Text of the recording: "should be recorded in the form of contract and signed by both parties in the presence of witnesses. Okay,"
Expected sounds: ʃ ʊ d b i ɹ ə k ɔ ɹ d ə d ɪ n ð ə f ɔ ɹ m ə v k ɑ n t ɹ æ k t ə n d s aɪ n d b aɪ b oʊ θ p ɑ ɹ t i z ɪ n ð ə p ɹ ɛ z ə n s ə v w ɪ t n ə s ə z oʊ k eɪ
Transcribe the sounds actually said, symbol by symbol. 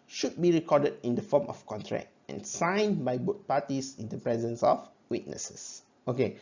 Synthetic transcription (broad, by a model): ʃ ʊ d b i ɹ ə k ɔ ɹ d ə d ɪ n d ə f ɔ m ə f k ɑ n t ɹ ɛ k t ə n s aɪ n b aɪ b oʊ t p ɑ t i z ɪ n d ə p ɹ ɛ z ə n s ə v w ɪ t n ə s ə s oʊ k eɪ